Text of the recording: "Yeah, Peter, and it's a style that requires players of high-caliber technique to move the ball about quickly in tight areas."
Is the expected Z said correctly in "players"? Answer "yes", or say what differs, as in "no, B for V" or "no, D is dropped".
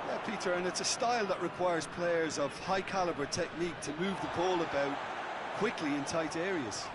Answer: yes